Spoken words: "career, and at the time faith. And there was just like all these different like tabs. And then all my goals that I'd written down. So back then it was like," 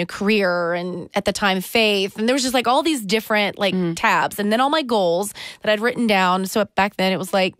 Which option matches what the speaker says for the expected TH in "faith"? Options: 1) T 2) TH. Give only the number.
2